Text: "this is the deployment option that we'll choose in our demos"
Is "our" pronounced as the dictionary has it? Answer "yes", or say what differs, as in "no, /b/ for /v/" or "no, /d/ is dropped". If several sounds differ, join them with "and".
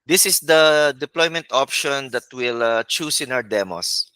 no, /w/ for /ɹ/